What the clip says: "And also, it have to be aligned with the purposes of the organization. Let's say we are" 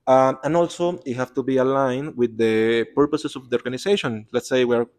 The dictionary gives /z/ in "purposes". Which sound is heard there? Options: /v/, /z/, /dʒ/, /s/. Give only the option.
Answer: /s/